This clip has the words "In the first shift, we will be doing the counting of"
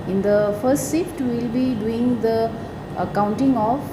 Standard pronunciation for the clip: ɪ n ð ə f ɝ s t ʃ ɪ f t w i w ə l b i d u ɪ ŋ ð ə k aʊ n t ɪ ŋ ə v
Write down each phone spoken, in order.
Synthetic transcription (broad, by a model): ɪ n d ə f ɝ s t s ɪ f t w i l b i d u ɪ ŋ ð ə k aʊ n t ɪ ŋ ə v